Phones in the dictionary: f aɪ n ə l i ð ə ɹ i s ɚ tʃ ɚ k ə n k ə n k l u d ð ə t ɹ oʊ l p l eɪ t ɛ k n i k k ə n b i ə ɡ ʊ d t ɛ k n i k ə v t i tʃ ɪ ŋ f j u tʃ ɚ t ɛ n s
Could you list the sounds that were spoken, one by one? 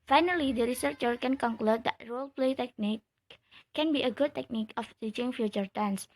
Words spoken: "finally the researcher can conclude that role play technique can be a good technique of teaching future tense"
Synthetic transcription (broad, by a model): f aɪ n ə l i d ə ɹ i s ɚ tʃ ɚ k ə n k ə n k l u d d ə t ɹ oʊ l p l eɪ t ɛ k n i k k ə n b i ə ɡ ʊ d t ɛ k n i k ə f t i tʃ ɪ ŋ f j u tʃ ɚ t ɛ n s